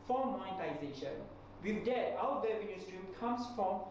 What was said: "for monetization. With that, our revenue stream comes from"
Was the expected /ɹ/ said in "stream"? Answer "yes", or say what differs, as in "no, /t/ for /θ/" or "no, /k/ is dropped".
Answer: yes